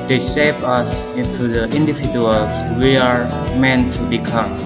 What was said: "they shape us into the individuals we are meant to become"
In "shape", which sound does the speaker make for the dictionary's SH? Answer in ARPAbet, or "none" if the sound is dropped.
S